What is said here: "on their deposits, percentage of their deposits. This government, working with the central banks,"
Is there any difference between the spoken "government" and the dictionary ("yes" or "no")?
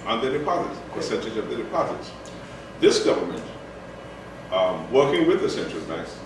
no